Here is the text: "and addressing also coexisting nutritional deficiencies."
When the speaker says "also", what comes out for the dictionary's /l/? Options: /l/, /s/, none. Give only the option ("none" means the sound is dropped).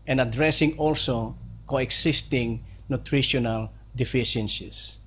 /l/